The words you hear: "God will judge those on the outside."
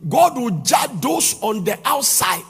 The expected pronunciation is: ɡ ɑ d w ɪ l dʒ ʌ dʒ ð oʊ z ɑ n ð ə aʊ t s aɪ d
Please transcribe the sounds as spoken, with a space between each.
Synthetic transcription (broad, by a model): ɡ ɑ d w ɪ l dʒ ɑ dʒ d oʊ s ɑ n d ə aʊ t s aɪ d